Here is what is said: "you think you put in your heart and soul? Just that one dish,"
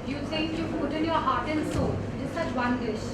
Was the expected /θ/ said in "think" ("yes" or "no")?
no